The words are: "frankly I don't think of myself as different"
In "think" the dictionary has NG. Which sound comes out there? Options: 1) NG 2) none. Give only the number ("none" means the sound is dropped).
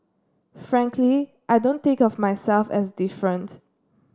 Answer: 2